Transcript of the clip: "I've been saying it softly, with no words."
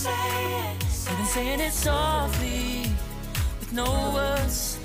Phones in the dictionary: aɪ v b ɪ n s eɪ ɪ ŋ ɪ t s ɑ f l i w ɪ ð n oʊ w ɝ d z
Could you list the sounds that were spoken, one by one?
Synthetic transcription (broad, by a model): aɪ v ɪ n s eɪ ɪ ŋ ɪ t s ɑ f i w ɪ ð n oʊ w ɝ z